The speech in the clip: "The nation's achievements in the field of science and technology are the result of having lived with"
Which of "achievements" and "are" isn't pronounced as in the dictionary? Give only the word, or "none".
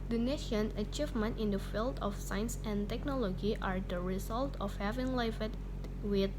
achievements